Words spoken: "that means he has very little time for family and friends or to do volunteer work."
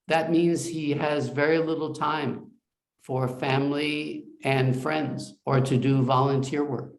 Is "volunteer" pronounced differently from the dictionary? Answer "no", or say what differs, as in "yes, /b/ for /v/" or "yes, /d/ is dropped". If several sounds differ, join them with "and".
no